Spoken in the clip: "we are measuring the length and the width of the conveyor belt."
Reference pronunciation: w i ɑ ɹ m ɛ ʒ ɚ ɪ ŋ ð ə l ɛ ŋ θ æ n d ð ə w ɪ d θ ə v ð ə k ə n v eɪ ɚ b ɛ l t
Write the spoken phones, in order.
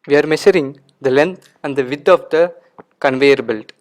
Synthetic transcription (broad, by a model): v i ɑ ɹ m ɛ ʃ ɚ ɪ ŋ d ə l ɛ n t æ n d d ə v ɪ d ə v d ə k ə n v eɪ ɚ b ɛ l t